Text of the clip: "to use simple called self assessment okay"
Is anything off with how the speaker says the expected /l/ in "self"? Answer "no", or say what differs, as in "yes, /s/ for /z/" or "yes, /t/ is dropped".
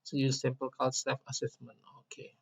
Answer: yes, /l/ is dropped